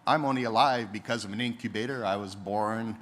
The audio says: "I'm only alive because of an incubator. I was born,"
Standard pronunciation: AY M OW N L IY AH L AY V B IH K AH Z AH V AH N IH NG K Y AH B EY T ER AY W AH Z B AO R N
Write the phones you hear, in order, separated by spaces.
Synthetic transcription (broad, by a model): AY M OW N L IY AH L AY V B IH K AH Z AH V AH N IH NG K Y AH B EY T ER AY W AH Z B AO R N